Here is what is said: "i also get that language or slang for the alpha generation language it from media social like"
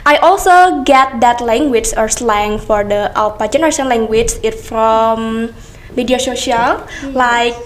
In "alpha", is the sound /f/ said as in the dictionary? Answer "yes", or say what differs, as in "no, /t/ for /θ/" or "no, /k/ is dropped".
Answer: no, /p/ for /f/